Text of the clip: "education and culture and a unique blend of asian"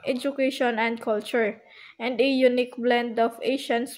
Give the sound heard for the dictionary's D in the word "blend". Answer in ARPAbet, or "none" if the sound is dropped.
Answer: D